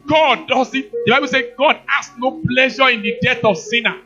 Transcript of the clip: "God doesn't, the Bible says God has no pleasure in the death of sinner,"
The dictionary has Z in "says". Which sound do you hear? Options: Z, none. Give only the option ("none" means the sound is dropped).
none